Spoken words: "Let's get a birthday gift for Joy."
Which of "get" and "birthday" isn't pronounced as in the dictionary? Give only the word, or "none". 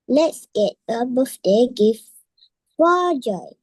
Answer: birthday